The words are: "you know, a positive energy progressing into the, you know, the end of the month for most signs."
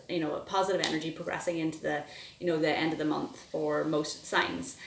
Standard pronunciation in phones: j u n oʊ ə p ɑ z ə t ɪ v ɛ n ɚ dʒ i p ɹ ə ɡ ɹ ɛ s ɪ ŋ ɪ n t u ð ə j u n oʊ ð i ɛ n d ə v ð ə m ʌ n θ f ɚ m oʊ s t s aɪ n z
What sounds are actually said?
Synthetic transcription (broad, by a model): j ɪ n oʊ ə p ɑ z ə t ɪ v ɛ n ɚ dʒ i p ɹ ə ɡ ɹ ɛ s ɪ ŋ ɪ n t u ð ə j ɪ n oʊ ð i ɛ n d ə v ð ə m ʌ n θ f ɚ m oʊ s t s aɪ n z